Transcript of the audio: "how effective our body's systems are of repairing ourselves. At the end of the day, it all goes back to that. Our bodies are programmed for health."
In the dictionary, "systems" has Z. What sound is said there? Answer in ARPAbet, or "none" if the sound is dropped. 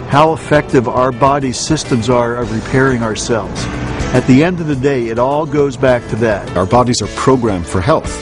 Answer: Z